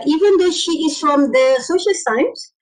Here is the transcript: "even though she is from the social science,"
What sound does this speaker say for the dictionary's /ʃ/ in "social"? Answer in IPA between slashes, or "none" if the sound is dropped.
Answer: /ʃ/